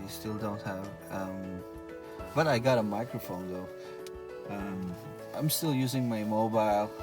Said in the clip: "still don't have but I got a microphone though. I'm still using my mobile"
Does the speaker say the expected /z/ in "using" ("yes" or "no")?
yes